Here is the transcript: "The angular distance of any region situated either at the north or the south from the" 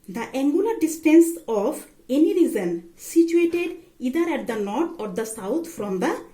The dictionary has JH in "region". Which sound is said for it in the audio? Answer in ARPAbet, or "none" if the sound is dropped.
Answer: Z